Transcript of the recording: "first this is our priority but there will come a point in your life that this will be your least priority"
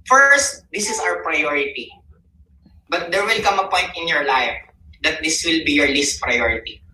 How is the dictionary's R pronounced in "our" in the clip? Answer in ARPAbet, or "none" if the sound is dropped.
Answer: W